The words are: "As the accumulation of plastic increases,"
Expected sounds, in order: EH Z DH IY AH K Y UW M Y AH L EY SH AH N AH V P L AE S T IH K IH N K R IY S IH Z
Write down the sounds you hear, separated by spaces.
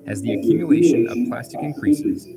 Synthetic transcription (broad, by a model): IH Z DH IY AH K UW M Y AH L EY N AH AH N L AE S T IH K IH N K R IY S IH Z